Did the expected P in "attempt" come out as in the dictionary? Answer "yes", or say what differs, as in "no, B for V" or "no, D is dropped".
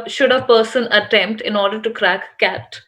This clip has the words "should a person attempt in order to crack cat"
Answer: yes